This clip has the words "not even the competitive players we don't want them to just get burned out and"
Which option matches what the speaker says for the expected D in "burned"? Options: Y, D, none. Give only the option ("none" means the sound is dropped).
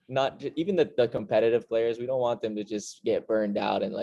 D